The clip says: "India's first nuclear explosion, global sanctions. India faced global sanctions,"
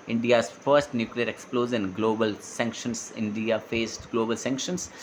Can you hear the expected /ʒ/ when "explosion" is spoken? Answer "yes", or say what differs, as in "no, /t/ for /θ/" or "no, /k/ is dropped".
no, /z/ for /ʒ/